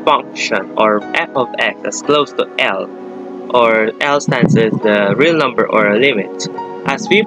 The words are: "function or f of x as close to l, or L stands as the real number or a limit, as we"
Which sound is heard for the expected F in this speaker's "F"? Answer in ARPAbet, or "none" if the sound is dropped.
P